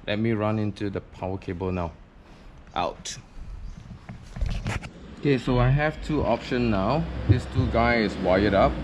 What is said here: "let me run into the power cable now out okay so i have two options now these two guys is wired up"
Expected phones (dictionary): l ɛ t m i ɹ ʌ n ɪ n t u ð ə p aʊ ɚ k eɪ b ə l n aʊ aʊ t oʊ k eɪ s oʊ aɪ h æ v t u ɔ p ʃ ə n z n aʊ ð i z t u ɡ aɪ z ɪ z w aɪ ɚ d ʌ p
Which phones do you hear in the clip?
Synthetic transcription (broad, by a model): l ɛ t m i ɹ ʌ n ɪ n t u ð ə p aʊ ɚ k eɪ b ə l n aʊ aʊ t oʊ k eɪ s oʊ aɪ h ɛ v t u ɔ p ʃ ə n n aʊ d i s t u ɡ aɪ ɪ s w aɪ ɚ d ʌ p